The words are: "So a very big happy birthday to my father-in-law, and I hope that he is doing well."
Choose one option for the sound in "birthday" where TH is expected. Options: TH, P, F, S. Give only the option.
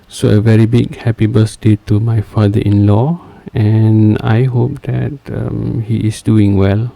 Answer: S